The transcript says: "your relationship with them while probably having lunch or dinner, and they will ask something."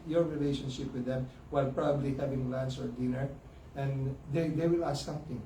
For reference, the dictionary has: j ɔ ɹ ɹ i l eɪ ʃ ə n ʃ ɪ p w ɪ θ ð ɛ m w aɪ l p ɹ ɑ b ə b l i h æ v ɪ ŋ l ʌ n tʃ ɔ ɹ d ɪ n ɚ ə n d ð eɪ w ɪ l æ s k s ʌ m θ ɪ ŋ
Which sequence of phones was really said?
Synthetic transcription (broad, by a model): j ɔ ɹ ɹ i l eɪ ʃ ə n ʃ ɪ p w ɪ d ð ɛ m w aɪ l p ɹ ɑ b ə b l i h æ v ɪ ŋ l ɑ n s ɔ ɹ d ɪ n ɚ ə n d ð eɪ w ɪ l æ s s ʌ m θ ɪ ŋ